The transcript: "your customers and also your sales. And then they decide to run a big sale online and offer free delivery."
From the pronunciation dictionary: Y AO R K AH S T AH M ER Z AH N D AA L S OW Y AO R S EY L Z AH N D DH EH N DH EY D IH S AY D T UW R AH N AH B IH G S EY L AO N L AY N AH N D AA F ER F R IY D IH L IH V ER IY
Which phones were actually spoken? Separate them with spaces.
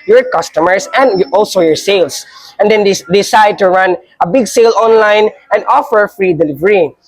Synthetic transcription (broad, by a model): Y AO R K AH S T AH M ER S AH N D AA L S OW Y AO R S EY L S AH N D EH N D D IH S AY D T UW R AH N AH B IH G S EY L AO N L AY N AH N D AA F ER F R IY D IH L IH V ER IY